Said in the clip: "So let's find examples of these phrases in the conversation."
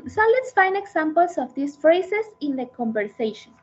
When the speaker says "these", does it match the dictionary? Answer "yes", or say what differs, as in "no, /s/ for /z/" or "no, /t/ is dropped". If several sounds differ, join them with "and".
no, /s/ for /z/